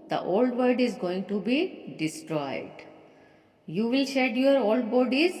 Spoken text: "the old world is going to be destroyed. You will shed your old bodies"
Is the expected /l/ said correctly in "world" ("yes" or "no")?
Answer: no